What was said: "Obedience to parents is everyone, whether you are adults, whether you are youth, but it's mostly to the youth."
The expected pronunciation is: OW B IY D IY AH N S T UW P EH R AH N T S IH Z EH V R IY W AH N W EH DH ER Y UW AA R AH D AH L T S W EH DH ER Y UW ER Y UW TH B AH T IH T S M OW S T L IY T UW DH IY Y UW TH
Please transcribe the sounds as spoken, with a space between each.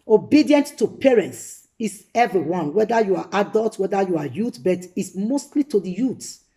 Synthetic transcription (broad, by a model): OW B IY D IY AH N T T UW P EH R AH N T S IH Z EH V R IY W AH N W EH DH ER Y UW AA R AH D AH L T W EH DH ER Y UW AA Y UW T B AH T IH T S M OW S T L IY T UW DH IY Y UW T